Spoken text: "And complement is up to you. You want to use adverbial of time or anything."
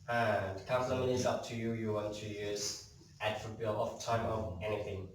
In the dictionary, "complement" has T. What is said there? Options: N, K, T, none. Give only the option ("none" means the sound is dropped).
none